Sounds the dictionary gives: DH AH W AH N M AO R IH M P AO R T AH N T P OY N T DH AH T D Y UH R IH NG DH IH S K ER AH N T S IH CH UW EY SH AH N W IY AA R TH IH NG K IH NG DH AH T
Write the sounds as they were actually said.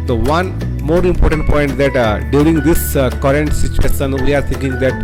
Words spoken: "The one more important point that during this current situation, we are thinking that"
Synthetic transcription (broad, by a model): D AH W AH N M AO R IH M P AO R T AH N T P OY N T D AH T D Y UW R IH NG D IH S K ER AH N T S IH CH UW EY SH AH N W IY AA R T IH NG K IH NG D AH T